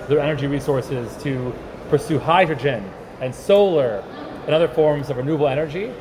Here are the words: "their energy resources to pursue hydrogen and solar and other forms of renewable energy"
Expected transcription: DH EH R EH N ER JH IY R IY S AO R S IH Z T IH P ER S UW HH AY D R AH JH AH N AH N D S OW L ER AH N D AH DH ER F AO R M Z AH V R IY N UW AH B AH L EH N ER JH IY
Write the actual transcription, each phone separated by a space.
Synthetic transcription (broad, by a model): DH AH R EH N ER JH IY R IY S AO R S IH Z T IH P ER S UW HH AY D R AH JH AH N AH N S OW L ER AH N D AH DH ER F AO R M Z AH V R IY N UW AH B L EH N ER JH IY